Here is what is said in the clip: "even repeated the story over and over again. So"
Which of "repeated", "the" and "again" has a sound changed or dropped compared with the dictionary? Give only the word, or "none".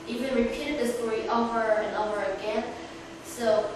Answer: none